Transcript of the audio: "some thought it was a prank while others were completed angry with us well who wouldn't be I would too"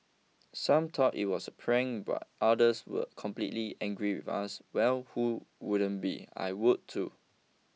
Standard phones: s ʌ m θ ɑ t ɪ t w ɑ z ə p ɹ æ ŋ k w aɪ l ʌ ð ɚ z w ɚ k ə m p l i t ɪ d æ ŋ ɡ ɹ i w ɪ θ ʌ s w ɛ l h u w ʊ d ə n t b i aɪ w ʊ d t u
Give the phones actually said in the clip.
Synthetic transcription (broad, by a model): s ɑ m t ɑ t ɪ t w ɑ s ə p ɹ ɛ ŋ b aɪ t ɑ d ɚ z w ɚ k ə m p l i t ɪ ɛ ŋ ɡ ɹ i w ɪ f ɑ s w ɛ l h u w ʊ d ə n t b i aɪ w ʊ d t u